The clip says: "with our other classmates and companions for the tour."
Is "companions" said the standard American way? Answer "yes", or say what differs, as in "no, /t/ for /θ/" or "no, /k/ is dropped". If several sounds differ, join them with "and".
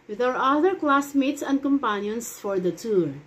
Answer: no, /s/ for /z/